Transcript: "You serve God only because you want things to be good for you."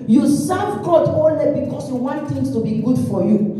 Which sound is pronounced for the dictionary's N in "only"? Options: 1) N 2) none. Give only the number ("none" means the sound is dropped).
2